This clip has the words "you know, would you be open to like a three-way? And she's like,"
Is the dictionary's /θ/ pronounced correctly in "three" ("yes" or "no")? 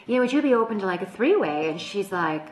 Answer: yes